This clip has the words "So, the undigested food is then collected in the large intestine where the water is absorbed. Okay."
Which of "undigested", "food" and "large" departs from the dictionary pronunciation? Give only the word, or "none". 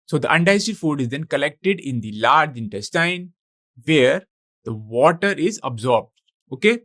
undigested